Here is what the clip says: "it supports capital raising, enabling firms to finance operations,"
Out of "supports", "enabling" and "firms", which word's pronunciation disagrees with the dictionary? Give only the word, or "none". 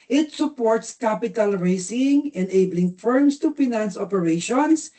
firms